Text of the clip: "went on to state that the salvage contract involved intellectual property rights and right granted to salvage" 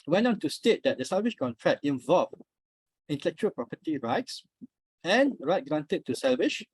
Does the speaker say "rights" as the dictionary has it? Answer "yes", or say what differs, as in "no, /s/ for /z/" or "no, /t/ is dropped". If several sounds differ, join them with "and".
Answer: yes